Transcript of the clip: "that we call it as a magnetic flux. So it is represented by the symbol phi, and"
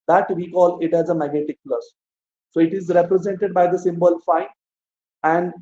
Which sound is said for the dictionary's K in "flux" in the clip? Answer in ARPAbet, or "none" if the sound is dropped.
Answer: none